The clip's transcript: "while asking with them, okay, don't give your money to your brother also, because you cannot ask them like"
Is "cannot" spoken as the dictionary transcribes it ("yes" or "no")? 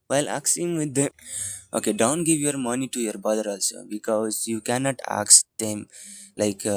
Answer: yes